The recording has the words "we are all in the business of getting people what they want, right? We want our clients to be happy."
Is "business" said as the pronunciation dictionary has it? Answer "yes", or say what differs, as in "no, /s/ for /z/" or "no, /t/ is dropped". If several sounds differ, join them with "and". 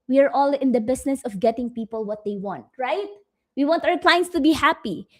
no, /s/ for /z/